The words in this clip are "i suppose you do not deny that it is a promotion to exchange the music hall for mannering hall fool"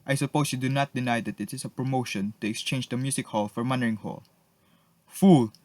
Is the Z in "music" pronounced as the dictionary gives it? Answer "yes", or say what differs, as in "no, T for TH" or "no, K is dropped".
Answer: no, S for Z